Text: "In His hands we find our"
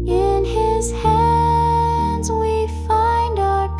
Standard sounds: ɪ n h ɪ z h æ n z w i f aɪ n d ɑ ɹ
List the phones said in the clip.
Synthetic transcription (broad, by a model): ɪ n ɪ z h æ n z w i f aɪ n d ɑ